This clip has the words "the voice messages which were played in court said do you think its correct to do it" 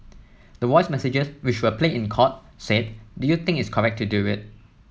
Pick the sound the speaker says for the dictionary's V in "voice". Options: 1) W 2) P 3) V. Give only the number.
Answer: 1